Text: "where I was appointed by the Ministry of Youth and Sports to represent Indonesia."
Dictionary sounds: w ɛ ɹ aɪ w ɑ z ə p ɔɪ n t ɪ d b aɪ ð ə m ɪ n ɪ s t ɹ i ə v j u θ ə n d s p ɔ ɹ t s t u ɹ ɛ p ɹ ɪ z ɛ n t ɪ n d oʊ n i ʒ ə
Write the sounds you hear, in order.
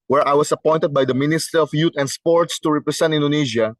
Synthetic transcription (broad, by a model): w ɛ ɹ aɪ w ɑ s ə p ɔɪ n t ɪ d b aɪ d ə m ɪ n ɪ s t ɹ i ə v j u t ə n d s p ɔ ɹ t s t u ɹ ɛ p ɹ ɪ s ɛ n t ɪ n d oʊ n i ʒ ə